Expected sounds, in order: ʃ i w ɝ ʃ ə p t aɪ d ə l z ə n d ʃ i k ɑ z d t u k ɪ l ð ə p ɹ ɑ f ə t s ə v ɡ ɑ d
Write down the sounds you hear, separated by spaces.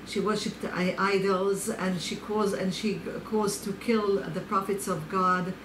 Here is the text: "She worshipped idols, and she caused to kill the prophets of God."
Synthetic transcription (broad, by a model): ʃ i w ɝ ʃ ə p t aɪ d ə l z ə n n ʃ i k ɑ z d t u k ɪ l ð ə p ɹ ɑ f ə t s ə v ɡ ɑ d